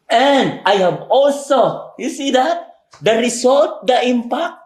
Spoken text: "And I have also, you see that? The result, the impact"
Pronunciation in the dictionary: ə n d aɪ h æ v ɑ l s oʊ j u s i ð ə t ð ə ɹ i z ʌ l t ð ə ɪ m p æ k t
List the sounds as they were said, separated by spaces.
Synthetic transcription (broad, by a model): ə n d aɪ h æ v ɑ l s oʊ j u s i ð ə t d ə ɹ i s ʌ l t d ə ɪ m p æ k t